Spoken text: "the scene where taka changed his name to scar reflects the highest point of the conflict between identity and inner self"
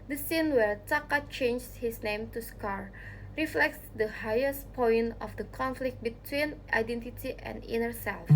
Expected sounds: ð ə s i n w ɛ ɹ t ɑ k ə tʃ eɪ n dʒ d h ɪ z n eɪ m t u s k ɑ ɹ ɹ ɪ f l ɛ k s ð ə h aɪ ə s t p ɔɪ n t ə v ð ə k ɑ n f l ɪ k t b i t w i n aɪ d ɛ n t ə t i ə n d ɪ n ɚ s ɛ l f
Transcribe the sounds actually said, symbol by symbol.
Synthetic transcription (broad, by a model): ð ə s i n w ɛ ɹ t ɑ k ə tʃ eɪ n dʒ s h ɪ s n eɪ m t u s k ɑ ɹ ɹ ɪ f l ɛ k s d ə h aɪ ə s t p ɔɪ n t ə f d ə k ɑ n f l ɪ k t b i t w i n aɪ d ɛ n t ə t i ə n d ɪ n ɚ s ɛ l f